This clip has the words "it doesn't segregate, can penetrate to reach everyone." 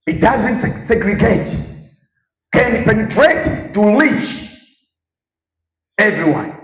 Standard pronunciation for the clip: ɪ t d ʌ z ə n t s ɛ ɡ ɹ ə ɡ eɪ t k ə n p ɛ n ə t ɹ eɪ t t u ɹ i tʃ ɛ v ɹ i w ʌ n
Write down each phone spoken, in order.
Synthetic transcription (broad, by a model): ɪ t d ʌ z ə n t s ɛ ɡ ɹ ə ɡ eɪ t k ə n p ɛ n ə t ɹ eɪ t t u l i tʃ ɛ v ɹ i w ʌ n